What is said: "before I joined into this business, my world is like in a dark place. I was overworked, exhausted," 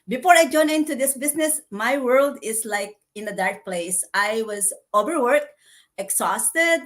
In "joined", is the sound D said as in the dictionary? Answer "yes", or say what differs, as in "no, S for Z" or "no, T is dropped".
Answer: no, D is dropped